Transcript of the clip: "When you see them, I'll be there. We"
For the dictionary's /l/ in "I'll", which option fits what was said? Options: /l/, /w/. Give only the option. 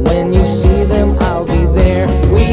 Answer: /l/